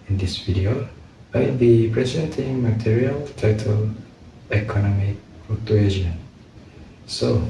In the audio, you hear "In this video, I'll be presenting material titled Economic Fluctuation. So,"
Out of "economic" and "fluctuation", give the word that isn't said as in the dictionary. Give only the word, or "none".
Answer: fluctuation